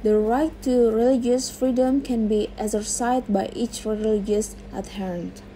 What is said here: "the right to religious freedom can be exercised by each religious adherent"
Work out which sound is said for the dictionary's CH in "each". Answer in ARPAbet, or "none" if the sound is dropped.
CH